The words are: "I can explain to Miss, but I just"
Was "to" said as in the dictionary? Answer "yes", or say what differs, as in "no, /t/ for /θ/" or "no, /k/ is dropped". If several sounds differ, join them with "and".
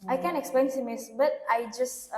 no, /s/ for /t/